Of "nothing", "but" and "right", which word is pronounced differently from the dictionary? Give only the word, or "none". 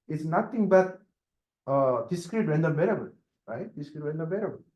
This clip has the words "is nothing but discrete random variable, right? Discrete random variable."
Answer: nothing